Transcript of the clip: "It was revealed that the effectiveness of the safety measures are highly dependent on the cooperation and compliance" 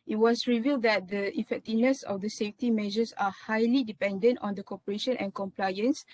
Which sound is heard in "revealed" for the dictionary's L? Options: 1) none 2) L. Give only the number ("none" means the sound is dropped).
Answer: 2